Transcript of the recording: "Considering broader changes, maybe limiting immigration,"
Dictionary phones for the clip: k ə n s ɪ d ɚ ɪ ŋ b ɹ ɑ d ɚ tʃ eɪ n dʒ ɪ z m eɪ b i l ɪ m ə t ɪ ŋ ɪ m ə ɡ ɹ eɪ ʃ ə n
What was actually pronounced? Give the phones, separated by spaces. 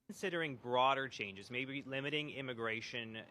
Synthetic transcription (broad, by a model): n s ɪ d ɚ ɪ ŋ b ɹ ɑ d ɚ tʃ eɪ n dʒ ɪ z m eɪ b i l ɪ m ə t ɪ ŋ ɪ m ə ɡ ɹ eɪ ʃ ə n